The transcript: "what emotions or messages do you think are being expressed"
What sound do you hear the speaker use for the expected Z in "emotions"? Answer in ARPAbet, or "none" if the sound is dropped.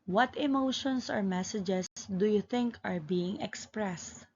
S